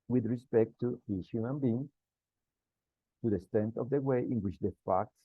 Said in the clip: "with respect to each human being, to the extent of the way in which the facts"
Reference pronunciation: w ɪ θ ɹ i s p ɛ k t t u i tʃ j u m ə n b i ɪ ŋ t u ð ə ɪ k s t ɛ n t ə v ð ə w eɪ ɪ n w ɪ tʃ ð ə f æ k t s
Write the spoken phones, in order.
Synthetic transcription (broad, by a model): w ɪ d ɹ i s p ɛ k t t u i s j u m ə n b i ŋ t u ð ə s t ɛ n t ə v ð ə w eɪ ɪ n w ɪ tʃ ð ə f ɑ k t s